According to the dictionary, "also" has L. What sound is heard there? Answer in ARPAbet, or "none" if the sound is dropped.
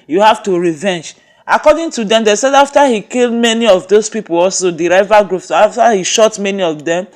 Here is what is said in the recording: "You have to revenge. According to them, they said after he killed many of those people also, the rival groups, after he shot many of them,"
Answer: L